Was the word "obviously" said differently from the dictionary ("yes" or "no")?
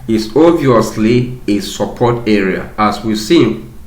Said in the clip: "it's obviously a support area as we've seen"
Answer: yes